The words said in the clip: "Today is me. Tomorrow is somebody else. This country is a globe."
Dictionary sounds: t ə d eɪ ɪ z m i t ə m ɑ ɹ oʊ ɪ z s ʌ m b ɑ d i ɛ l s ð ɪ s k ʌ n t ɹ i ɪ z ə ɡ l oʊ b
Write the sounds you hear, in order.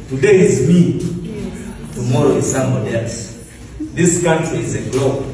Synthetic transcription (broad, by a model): t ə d eɪ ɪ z m i t ə m ɑ ɹ oʊ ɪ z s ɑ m ɑ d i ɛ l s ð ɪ s k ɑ t i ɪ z ə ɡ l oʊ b